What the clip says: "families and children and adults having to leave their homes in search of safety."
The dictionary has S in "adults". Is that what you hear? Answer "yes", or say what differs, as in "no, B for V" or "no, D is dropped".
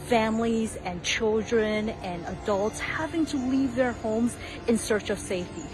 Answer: yes